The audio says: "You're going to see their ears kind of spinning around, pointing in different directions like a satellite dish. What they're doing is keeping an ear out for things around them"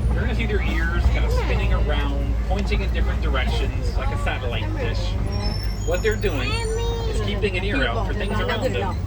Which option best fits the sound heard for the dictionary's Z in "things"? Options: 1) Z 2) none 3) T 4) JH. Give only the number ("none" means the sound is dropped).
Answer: 1